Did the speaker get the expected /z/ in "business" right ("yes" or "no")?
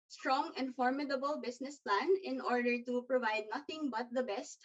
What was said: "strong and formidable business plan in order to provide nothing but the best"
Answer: no